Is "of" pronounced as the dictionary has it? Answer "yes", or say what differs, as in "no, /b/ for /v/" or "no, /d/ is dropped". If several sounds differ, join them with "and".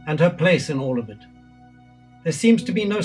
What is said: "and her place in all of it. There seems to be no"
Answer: yes